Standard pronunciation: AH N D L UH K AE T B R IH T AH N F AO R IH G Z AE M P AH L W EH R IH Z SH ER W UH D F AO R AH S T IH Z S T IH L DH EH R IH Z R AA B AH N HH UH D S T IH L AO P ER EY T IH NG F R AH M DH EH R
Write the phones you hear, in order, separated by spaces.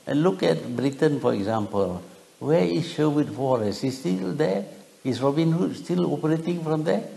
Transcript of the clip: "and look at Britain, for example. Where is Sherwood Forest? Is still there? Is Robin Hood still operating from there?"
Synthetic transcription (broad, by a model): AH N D L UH K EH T B R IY T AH N F AO R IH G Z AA M P AH L W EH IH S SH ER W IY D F AO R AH S IH S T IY L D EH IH S R AA B AH N HH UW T S T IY L AO P ER EY T IH NG F R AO M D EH